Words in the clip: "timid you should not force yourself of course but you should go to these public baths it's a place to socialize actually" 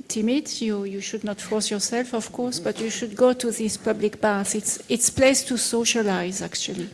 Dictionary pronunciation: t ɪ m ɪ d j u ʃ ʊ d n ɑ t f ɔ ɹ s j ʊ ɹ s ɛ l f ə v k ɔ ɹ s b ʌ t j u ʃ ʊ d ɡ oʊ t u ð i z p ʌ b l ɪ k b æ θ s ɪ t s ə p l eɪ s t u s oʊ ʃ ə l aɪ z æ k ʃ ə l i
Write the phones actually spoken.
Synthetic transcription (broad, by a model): t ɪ m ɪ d j u ʃ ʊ d n ɑ t f ɔ ɹ s j ʊ ɹ s ɛ l f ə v k ɔ ɹ s b ʌ t j u ʃ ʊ d ɡ oʊ t u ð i s p ʌ b l ɪ k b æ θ s ɪ t s p l eɪ s t u s oʊ ʃ ə l aɪ z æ k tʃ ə l i